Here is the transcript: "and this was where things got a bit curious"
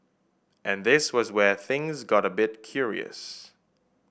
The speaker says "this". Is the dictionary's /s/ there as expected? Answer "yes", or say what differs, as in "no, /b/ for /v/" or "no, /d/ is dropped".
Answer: yes